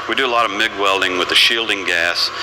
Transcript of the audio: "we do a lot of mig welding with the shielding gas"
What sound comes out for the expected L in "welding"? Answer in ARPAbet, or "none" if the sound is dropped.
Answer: L